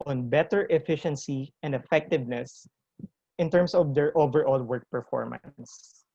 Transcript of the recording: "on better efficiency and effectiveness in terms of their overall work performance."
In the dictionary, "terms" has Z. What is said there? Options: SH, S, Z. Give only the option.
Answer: S